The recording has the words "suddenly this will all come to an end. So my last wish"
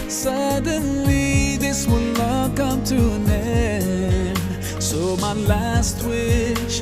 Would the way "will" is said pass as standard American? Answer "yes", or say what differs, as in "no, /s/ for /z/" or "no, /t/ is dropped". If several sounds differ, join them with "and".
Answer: no, /n/ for /l/